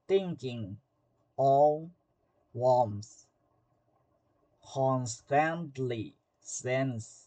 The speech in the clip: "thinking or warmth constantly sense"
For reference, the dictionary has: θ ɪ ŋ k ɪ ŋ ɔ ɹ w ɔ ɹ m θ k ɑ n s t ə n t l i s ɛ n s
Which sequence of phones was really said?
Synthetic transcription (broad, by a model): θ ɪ ŋ k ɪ ŋ ɔ l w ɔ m s k ɑ n s t ə n t l i s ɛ n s